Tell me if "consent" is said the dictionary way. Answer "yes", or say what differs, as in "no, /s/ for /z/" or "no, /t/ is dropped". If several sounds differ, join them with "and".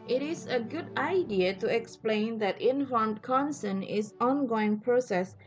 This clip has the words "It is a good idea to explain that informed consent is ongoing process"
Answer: no, /t/ is dropped